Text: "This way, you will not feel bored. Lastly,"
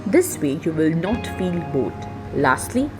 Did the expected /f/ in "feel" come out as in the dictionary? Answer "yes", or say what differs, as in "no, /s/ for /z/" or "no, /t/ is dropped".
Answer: yes